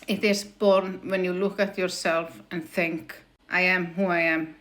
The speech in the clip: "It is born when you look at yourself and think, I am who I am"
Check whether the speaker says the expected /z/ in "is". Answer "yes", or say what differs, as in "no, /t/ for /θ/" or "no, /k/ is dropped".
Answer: no, /s/ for /z/